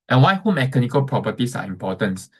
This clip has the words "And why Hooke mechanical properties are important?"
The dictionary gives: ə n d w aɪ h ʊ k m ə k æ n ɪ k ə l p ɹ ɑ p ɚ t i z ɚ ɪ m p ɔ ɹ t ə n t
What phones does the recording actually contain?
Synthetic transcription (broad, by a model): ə n w aɪ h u m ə k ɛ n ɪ k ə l p ɹ ɑ p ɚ t i s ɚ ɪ m p ɔ t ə n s